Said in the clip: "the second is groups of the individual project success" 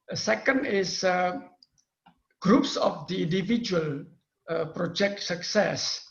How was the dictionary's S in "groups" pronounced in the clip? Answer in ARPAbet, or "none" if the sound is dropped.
S